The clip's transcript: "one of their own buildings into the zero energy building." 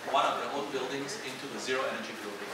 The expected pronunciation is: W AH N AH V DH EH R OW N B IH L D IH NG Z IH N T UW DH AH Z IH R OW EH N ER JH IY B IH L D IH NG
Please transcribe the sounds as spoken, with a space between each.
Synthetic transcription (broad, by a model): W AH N AH V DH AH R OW L B IH L D IH NG Z IH N T UW DH AH Z IH R OW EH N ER JH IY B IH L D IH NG